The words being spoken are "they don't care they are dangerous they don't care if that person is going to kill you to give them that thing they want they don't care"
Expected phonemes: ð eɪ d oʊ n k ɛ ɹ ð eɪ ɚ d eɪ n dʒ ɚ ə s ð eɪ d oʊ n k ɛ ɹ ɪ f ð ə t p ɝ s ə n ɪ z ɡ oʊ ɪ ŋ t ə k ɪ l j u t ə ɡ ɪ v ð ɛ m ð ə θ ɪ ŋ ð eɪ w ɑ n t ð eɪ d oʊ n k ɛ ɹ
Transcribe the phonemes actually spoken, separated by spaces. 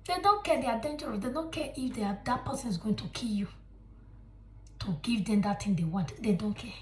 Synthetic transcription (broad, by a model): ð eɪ d oʊ n k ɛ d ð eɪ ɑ d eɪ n dʒ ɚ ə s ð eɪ d oʊ n k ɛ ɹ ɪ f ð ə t p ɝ s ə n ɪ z ɡ oʊ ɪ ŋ t ə k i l j u t ə ɡ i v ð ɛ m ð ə t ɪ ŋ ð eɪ w ɑ n t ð eɪ d oʊ n k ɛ